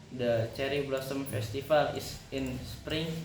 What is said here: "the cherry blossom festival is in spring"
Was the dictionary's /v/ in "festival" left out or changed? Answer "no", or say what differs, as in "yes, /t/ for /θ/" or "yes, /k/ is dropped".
yes, /f/ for /v/